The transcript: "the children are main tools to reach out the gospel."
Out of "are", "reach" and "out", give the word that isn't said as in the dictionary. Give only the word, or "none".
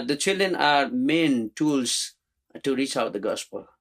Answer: none